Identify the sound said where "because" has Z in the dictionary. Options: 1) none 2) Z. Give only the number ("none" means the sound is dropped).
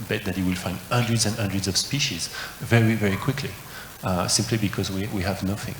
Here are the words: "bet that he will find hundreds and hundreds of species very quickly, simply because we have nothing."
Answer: 2